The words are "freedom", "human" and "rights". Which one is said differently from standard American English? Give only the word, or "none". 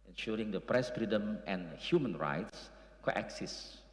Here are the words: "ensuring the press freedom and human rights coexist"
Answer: none